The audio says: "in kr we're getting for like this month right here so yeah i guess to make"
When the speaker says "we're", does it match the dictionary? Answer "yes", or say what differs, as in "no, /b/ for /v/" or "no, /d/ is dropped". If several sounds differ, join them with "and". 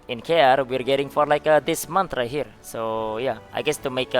yes